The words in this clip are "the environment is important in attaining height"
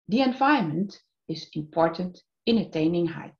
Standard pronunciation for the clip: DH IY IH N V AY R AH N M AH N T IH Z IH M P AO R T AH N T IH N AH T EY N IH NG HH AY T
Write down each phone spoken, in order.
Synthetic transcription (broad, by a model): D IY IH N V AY AH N M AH N T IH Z IH M P AO R T AH N T IH N AH T EY N IH NG HH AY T